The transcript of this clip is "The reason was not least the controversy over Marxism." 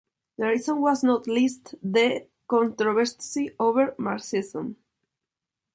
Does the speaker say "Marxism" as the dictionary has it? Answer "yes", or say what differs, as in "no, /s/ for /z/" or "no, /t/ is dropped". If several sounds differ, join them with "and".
no, /k/ is dropped